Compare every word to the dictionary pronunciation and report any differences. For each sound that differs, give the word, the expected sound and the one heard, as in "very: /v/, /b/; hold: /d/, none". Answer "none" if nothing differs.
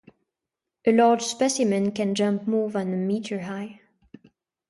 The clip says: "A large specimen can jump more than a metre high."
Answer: none